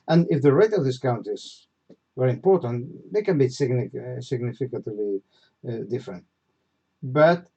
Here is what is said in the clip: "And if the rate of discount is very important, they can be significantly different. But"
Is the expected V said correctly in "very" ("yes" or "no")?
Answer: no